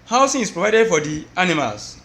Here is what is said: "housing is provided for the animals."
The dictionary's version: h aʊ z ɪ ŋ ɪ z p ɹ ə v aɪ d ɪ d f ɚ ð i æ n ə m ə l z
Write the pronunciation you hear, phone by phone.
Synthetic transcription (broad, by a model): h aʊ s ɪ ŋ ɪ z p ɹ ə v aɪ d ɪ d f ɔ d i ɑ n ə m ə l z